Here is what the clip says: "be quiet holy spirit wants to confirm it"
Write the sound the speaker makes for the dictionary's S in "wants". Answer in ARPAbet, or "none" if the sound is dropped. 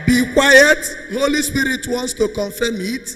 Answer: S